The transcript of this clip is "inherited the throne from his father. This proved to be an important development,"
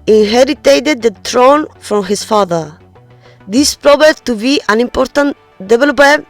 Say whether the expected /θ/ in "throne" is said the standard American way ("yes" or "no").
no